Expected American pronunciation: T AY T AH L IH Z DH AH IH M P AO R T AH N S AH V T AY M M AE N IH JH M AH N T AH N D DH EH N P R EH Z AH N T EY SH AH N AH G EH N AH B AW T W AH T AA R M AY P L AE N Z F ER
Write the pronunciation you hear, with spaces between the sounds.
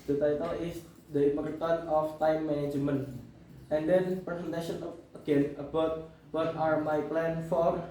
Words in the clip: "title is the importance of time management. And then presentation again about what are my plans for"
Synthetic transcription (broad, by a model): T AY T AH L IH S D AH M AO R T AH N AH F T AY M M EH N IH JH M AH N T AH N D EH N P R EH S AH N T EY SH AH N AH G EH N AH B AW T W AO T AA R M AY P L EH N F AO